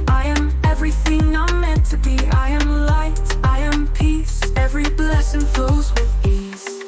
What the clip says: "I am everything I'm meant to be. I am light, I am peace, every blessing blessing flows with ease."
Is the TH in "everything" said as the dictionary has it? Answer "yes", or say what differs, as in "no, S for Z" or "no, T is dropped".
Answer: yes